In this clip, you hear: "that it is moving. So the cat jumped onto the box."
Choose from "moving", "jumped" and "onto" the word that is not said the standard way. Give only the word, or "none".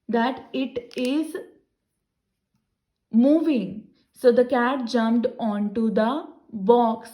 none